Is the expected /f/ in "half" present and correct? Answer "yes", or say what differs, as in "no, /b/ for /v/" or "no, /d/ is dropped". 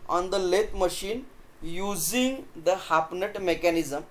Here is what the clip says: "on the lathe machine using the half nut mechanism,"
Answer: no, /p/ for /f/